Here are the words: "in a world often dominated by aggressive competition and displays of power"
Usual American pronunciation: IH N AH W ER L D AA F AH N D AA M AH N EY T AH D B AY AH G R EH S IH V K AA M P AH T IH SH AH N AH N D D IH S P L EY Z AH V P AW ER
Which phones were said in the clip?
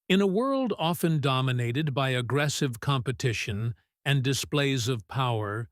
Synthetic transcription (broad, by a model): IH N AH W ER L D AA F AH N D AA M AH N EY T AH D B AY AH G R EH S IH V K AA M P AH T IH SH AH N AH N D D IH S P L EY Z AH V P AW ER